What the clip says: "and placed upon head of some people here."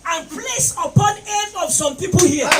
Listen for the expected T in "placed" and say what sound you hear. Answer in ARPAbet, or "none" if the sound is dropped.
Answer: none